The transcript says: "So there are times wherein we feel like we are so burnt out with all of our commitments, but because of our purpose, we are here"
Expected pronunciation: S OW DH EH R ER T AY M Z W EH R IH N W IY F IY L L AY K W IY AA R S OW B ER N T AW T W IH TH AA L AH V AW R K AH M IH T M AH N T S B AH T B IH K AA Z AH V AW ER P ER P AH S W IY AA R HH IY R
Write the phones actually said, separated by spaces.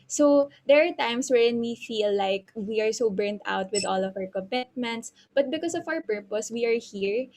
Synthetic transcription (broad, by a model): S OW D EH R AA T AY M S W EH R IH N W IY F IY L L AY K W IY AA R S OW B ER N T AW T W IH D AA L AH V AW R K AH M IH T M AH N T S B AH T B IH K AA S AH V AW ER P ER P AH S W IY AA R HH IY R